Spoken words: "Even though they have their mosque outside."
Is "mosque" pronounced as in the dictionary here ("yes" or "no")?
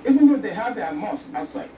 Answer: no